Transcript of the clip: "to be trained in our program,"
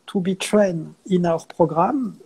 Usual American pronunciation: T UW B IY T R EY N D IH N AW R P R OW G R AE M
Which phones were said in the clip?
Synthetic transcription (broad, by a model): T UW B IY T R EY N IH N AW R P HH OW G R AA M